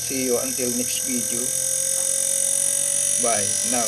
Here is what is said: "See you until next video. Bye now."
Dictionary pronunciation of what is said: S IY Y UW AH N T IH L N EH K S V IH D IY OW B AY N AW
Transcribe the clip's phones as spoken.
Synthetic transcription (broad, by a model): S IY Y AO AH N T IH L N EH K S B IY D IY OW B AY N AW